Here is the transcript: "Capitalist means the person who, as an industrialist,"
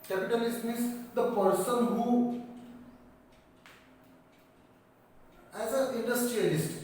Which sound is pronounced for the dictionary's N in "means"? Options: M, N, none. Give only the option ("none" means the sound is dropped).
none